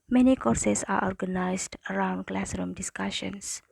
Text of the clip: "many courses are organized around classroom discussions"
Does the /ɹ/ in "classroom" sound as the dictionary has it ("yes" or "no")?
yes